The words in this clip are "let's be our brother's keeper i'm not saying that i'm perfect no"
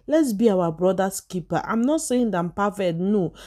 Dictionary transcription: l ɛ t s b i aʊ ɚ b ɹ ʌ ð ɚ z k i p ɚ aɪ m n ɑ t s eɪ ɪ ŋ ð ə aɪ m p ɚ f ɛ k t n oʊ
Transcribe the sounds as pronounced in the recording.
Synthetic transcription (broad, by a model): l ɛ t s b i aʊ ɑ b ɹ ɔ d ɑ s k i p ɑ aɪ m n ɑ t s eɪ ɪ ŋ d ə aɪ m p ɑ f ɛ t n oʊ